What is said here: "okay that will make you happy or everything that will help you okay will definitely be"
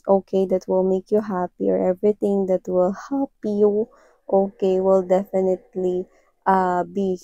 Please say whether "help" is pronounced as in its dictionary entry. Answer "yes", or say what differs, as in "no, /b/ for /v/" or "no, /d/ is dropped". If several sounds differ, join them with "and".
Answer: no, /l/ is dropped